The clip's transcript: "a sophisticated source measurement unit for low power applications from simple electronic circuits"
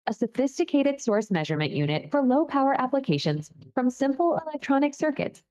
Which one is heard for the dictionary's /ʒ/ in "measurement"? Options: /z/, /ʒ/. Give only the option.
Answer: /ʒ/